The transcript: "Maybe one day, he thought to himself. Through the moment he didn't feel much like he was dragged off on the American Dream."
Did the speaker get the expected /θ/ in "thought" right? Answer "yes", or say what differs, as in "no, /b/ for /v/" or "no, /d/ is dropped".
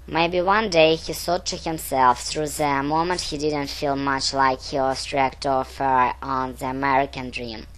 no, /s/ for /θ/